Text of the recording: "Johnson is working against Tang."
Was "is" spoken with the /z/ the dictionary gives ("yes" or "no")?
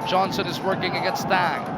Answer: yes